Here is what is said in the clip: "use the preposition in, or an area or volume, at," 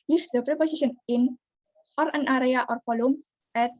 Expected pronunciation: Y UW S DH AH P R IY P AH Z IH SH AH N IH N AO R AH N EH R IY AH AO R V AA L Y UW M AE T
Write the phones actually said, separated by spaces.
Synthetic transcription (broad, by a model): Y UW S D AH P R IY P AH S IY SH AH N IH N AO R AH N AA R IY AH AO R F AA L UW M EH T